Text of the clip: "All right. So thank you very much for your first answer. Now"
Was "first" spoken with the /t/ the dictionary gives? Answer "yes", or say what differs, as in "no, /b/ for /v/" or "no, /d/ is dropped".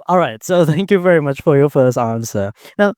no, /t/ is dropped